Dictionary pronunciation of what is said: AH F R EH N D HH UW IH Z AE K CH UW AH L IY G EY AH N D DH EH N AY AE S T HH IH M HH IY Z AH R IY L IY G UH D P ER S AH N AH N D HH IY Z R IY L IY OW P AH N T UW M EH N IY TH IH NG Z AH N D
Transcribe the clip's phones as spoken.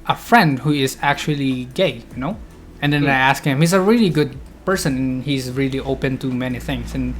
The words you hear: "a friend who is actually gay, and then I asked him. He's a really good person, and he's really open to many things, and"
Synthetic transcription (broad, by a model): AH F R EH N D HH UW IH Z AE K CH UW AH L IY G EY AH N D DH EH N AY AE S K HH IH M HH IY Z AH R IY L IY G UH D P ER S AH N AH N HH IY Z R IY L IY OW P AH N T UW M EH N IY TH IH NG S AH N